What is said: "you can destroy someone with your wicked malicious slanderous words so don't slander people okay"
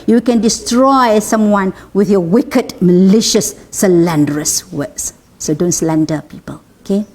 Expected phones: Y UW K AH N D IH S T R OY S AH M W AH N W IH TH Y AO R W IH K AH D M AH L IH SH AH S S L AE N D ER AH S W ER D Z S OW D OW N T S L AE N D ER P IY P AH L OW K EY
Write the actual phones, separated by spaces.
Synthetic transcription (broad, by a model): Y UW K AH N D IH S T R OY S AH M W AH N W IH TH Y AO W IH K AH D M AH L IH SH AH S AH L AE N D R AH S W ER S S OW D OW N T S L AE N D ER P IY P AH L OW K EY